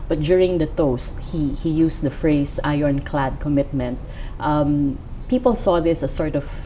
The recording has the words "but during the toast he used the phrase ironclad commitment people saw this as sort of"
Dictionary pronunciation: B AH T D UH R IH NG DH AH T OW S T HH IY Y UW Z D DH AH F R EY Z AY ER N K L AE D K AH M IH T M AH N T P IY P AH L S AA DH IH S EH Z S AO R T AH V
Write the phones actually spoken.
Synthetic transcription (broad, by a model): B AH T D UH R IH NG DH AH T OW S T HH IY Y UW S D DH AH F R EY S AY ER N K L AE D K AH M IH T M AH N T P IY P AH L S AA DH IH S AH S AO R T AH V